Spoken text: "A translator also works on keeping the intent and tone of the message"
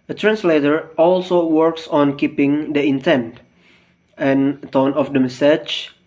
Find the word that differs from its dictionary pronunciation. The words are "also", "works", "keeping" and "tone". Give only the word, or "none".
none